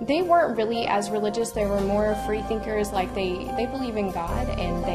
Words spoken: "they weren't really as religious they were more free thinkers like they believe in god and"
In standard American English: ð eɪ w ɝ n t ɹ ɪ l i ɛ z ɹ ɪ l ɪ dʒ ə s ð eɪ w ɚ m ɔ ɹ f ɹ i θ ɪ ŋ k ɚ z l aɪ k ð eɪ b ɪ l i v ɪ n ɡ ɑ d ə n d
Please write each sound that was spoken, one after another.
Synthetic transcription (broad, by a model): ð eɪ w ɝ n t ɹ ɪ l i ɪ z ɹ ɪ l ɪ dʒ ə s ð eɪ w ɚ m ɔ ɹ f ɹ i θ ɪ ŋ k ɚ z l aɪ k ð eɪ b ɪ l i v ɪ n ɡ ɑ d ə n